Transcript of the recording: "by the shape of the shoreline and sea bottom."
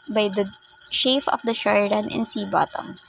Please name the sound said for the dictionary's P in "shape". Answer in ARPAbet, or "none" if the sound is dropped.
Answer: F